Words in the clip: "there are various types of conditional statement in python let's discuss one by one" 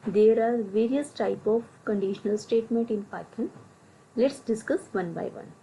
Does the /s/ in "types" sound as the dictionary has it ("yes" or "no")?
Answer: no